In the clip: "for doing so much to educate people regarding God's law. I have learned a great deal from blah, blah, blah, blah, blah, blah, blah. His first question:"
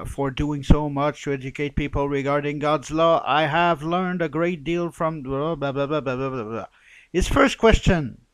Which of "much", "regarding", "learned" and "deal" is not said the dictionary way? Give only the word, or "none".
none